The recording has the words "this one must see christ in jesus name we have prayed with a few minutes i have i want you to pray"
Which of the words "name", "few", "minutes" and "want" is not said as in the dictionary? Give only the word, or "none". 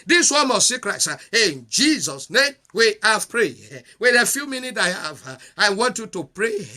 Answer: minutes